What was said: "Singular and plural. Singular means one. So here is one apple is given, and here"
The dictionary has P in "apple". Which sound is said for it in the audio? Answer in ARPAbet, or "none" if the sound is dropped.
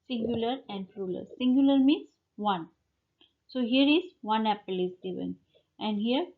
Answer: P